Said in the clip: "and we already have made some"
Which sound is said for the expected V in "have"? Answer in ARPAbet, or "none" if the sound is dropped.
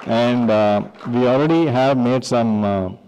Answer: V